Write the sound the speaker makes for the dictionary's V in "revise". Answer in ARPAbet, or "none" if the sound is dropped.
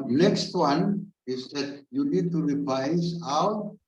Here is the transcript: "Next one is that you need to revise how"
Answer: P